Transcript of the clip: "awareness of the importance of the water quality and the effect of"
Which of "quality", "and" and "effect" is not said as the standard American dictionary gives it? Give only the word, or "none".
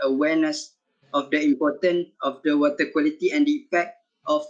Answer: effect